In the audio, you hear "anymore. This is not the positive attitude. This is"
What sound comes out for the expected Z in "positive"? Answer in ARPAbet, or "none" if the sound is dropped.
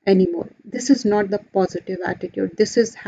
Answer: Z